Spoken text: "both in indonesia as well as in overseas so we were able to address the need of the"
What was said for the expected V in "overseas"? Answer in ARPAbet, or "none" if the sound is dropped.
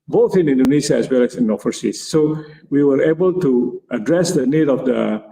F